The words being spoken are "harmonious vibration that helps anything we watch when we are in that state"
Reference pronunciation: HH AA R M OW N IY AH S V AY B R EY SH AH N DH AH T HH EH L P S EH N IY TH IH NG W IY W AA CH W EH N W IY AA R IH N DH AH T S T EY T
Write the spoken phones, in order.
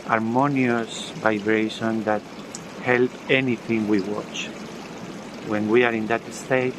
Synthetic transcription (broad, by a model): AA R M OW N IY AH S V AY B R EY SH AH N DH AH T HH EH L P EH N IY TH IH NG W IY W AA CH W EH N W IY AA R IH N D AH T S T EY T